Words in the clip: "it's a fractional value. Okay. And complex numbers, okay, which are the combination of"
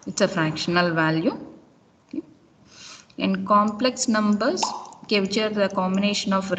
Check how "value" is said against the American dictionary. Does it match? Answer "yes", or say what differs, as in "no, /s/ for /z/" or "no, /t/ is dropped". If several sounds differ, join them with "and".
yes